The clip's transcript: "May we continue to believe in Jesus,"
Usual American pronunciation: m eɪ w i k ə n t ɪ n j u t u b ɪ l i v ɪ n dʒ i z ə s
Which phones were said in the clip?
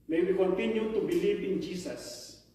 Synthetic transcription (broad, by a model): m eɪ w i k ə n t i n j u t u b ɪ l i p ɪ n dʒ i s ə s